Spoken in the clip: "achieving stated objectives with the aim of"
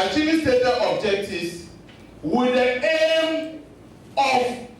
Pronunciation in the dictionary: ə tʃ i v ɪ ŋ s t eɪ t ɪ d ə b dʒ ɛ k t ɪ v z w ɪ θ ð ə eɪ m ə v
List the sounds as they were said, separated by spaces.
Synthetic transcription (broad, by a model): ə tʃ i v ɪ s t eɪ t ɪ ə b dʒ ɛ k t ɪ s w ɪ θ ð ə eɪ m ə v